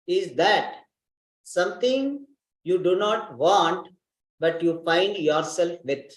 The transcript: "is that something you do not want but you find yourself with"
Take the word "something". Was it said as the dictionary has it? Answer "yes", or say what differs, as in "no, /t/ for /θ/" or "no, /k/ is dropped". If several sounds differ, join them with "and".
no, /t/ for /θ/